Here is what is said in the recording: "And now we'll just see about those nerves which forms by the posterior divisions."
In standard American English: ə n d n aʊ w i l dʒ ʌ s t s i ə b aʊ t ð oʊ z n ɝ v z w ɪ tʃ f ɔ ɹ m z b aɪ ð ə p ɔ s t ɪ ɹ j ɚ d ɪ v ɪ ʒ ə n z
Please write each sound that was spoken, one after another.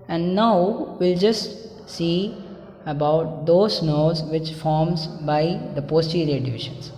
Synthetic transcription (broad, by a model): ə n d n aʊ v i l dʒ ʌ s t s i ə b aʊ t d oʊ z n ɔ z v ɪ tʃ f ɔ ɹ m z b aɪ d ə p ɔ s t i ɹ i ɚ d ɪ v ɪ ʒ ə n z